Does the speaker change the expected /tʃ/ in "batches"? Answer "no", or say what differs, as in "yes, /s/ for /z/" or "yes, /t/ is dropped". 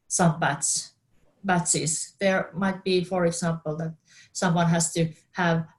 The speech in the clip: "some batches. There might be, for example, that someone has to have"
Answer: yes, /s/ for /tʃ/